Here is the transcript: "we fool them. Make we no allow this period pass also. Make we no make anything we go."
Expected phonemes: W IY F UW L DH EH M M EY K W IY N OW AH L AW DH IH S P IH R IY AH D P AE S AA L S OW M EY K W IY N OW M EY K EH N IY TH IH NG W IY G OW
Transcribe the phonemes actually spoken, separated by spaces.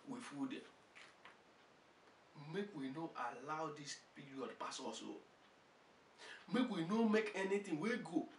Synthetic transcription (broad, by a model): W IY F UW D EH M M EY K W IY N OW AH L AW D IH S P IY R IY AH D P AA S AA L S OW M EY K W IY N OW M EY K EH N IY T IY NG W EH G OW